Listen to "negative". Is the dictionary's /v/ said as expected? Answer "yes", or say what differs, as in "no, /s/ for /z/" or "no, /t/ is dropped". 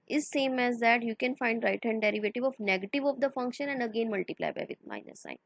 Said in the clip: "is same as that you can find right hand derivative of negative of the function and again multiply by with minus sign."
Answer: yes